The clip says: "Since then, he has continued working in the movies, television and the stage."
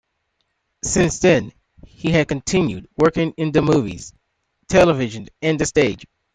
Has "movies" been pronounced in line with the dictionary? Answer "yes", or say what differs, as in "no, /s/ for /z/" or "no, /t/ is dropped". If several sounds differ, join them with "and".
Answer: yes